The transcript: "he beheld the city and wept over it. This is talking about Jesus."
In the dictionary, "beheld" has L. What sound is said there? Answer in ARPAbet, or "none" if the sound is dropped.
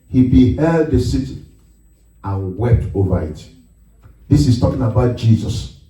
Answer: L